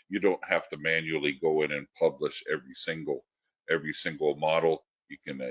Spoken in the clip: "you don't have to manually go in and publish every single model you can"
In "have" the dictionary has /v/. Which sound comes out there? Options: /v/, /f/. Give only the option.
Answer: /f/